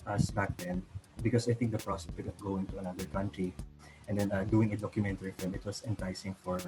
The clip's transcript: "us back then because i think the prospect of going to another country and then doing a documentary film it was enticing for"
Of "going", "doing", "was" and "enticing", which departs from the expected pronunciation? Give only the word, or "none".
was